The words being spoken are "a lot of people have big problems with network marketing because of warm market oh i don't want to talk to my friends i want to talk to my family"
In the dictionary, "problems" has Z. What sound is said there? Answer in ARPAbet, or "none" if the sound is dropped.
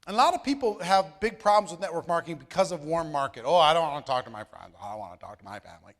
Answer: Z